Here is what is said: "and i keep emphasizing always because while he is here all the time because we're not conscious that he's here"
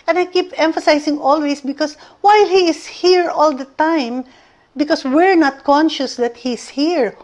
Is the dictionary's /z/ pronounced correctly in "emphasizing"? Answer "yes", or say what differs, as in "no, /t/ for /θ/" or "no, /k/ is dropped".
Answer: no, /s/ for /z/